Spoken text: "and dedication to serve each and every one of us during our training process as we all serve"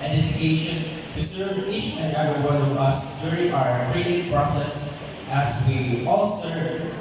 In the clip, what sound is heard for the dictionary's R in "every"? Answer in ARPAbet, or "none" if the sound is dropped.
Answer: none